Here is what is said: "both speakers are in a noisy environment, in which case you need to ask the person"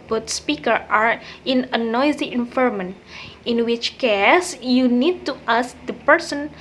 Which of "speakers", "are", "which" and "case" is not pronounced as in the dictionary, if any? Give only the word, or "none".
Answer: speakers